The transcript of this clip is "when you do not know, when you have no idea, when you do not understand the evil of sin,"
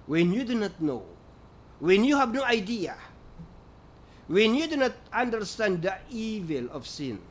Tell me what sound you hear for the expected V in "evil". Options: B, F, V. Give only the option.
V